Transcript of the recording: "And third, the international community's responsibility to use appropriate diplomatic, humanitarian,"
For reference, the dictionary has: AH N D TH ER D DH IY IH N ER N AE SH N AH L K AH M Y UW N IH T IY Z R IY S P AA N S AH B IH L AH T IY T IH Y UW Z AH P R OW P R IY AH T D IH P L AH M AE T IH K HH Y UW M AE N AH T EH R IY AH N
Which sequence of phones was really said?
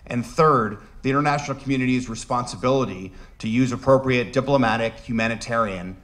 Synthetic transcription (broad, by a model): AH N TH ER D DH IY IH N ER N AE SH N L K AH M Y UW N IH T IY Z R IY S P AA N S AH B IH L AH T IY T IH Y UW Z AH P R OW P R IY AH T D IH P L AH M AE T IH K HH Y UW M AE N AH T EH R IY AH N